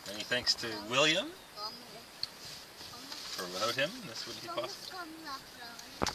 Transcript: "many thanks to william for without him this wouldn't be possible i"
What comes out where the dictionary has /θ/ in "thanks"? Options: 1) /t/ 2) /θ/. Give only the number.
2